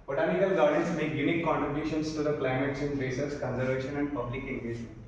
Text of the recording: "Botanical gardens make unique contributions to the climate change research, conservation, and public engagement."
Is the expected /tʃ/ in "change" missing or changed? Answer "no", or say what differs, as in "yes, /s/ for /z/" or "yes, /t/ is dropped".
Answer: yes, /s/ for /tʃ/